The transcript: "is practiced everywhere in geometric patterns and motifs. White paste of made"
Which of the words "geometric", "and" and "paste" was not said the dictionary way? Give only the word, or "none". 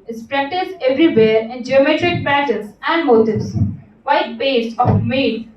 paste